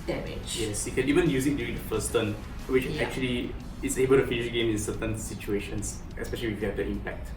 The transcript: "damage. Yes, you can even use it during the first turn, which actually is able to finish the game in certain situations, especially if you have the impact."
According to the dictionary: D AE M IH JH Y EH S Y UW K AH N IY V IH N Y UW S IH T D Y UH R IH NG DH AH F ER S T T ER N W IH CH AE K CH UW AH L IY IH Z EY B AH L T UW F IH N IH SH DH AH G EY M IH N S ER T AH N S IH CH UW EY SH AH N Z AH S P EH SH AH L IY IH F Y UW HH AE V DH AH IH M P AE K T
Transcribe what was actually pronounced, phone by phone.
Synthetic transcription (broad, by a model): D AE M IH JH Y EH S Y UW K AH N IY V IH N Y UW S IH T D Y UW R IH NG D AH F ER S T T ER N W IH CH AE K CH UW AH L IY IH S EY B AH L T UW F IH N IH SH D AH G EY M IH N S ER T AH N S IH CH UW EY SH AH N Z AH S P EH SH AH L IY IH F Y UW HH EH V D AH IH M P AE K T